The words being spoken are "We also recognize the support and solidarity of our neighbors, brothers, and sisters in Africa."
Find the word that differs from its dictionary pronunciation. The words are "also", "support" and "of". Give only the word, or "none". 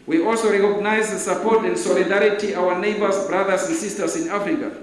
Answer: of